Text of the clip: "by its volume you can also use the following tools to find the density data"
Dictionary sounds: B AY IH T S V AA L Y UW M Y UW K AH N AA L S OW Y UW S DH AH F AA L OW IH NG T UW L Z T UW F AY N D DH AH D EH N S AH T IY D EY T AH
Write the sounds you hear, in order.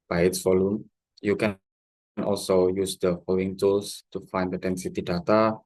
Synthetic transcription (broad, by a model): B AY IH T S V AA L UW M Y UW K AH N AA L S OW Y UW S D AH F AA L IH NG T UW L S T UW F AY N D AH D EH N S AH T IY D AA T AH